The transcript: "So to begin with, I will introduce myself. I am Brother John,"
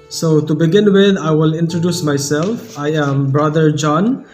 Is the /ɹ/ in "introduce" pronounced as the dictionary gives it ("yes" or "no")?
yes